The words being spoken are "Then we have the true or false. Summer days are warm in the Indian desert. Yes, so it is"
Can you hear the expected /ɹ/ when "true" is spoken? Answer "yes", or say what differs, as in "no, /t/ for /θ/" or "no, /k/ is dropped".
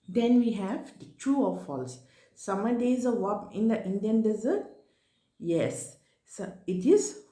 no, /ɹ/ is dropped